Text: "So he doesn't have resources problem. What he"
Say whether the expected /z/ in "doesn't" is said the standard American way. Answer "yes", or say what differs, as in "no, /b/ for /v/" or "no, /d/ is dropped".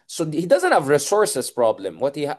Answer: yes